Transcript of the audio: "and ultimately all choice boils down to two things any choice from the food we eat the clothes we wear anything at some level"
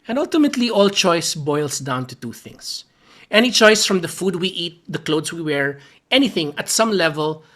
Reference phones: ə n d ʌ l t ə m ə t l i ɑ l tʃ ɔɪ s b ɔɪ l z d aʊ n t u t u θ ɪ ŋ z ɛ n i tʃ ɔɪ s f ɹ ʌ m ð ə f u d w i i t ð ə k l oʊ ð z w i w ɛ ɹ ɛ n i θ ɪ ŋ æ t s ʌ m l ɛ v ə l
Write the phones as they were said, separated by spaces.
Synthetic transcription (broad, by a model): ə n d ʌ l t ə m ə t l i ɑ l tʃ ɔɪ s b ɔɪ l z d aʊ n t u t u θ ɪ ŋ s ɛ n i tʃ ɔɪ s f ɹ ʌ m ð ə f u d w i i t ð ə k l oʊ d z w i w ɛ ɹ ɛ n i θ ɪ ŋ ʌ t s ʌ m l ɛ v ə l